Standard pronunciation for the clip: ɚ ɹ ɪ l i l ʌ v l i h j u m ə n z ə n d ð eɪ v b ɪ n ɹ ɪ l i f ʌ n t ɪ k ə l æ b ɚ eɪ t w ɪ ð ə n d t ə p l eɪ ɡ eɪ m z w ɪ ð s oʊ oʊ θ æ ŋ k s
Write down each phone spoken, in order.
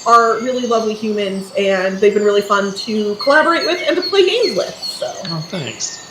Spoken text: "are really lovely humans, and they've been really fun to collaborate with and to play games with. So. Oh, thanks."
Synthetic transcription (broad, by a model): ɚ ɹ ɪ l i l ʌ v l i h j u m ə n z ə n ð eɪ v b ɪ n ɹ ɪ l i f ʌ n t ɪ k ə l æ b ɚ eɪ t w ɪ ð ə n t ə p l eɪ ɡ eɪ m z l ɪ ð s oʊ oʊ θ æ ŋ k s